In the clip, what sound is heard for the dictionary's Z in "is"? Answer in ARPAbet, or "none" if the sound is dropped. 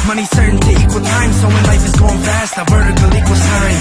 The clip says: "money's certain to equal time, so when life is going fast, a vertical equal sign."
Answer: S